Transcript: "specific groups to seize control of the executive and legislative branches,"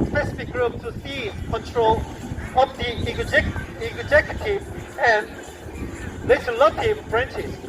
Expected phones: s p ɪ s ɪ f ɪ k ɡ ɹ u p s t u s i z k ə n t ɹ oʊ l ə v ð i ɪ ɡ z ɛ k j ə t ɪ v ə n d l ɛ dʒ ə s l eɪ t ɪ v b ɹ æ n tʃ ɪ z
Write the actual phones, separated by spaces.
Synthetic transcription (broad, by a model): s p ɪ s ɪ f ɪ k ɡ ɹ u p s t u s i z k ə n t ɹ oʊ l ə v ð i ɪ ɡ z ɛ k j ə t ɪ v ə n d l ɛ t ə l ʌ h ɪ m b ɹ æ n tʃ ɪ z